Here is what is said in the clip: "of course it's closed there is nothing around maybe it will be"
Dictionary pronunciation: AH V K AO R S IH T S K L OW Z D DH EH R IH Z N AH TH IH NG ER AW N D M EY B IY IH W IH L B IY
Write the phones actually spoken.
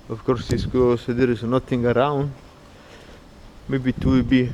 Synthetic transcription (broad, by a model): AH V K AO R S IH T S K OW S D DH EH R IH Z N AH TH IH NG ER AW N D M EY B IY IH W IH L B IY